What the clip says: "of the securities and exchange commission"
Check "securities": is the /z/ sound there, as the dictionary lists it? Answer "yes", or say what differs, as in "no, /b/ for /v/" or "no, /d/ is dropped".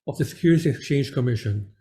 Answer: no, /z/ is dropped